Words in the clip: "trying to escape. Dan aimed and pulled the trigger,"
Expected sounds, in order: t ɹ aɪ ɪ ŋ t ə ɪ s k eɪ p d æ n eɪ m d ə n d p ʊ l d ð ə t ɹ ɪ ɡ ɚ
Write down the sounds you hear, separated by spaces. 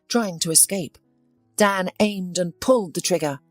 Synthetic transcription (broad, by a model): t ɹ aɪ ɪ ŋ t ə ɪ s k eɪ p d æ n eɪ m d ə n p ʊ l d ð ə t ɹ ɪ ɡ ɚ